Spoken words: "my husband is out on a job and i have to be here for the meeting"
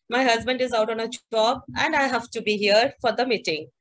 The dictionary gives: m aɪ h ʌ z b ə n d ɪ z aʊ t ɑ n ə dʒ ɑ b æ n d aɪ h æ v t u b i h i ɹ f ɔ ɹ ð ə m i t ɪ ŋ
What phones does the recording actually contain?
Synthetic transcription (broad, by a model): m aɪ h ʌ z b ə n d ɪ z aʊ t ɑ n ə tʃ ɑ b æ n d aɪ h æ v t u b i h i ɹ f ɔ ɹ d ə m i t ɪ ŋ